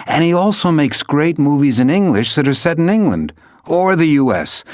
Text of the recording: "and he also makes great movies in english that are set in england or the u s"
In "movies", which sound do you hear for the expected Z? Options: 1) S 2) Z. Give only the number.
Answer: 2